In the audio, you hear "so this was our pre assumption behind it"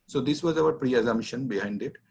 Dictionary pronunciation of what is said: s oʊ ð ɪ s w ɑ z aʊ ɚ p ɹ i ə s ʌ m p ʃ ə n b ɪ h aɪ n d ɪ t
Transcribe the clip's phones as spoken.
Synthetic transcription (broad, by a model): s oʊ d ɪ s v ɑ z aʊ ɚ p ɹ i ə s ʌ m ʃ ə n b ɪ h aɪ n d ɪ t